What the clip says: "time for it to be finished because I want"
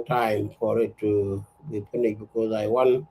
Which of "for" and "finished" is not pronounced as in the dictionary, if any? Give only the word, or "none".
finished